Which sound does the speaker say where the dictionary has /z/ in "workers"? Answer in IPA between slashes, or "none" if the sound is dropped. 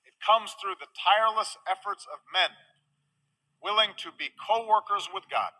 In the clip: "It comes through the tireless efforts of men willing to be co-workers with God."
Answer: /z/